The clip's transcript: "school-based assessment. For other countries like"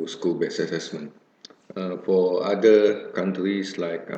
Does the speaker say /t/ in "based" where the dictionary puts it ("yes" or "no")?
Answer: no